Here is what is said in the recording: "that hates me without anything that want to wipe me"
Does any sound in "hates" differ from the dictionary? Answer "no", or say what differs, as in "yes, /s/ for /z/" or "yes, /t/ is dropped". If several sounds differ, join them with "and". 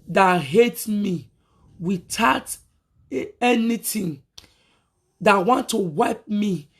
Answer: yes, /s/ is dropped